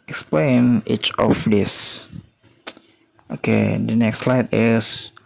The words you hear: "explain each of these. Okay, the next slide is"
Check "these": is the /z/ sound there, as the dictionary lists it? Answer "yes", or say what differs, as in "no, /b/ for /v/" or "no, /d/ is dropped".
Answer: no, /s/ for /z/